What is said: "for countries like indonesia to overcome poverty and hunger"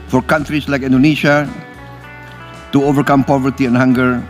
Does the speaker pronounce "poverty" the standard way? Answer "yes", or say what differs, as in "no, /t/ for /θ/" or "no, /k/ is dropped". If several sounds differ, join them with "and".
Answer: yes